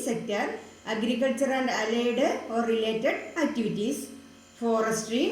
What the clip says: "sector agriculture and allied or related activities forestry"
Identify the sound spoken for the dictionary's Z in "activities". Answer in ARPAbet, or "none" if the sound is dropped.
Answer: S